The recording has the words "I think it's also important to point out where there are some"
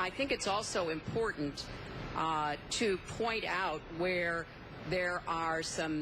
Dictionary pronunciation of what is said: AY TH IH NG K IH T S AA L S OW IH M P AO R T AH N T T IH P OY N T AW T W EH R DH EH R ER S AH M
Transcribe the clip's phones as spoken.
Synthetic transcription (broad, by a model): AY TH IH NG K IH T S AA L S OW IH M P AO R T N T T IH P OY N T AW T W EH R DH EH R ER S AH M